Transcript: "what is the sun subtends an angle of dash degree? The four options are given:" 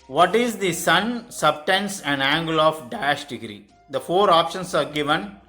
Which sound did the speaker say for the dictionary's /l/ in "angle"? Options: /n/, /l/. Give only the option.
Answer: /l/